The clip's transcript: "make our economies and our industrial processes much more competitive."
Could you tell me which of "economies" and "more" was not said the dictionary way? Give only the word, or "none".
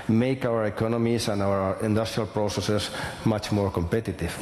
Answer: economies